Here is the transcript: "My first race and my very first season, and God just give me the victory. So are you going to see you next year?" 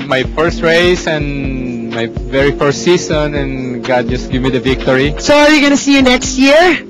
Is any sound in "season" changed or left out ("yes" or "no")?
yes